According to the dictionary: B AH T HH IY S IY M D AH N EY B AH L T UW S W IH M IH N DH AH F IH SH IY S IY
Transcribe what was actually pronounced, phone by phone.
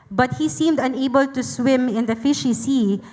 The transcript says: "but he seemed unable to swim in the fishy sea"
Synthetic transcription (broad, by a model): B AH T HH IY S IY M D AH N EY B AH L T UW S W IH M IH N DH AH F IH SH IY S IY